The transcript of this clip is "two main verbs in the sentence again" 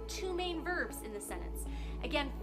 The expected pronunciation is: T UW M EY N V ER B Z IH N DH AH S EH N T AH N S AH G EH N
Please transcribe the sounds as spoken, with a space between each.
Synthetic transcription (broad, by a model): T UW M EY N V ER B Z IH N DH AH S EH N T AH N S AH G EH N